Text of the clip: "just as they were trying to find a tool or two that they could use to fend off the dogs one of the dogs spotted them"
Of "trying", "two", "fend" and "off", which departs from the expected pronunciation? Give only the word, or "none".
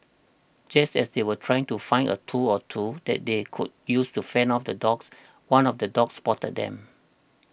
fend